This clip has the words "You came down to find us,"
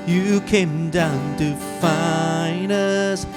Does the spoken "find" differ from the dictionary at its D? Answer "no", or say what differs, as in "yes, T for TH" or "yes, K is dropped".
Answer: yes, D is dropped